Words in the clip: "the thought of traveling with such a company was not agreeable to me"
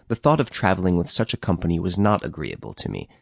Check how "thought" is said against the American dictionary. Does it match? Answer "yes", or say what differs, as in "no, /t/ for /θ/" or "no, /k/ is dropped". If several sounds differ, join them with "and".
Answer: yes